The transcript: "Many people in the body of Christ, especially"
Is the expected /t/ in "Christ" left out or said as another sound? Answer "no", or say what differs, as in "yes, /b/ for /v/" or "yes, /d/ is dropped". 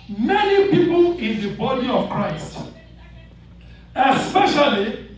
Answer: no